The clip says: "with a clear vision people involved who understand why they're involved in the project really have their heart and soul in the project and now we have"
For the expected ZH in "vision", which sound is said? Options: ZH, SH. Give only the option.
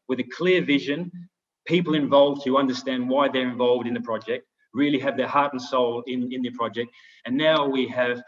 ZH